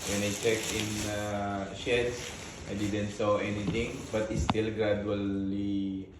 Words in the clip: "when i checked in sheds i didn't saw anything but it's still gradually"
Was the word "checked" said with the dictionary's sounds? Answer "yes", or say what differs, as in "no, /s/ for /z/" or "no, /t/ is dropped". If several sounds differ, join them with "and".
no, /t/ is dropped